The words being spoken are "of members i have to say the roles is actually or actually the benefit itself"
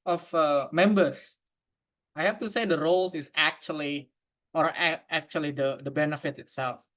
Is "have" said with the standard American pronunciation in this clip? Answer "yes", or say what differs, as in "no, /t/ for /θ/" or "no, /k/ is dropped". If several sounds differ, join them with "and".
no, /f/ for /v/